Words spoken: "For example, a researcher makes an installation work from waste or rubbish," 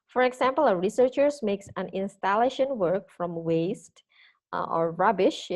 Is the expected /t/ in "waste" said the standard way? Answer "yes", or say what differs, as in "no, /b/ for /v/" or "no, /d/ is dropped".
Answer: yes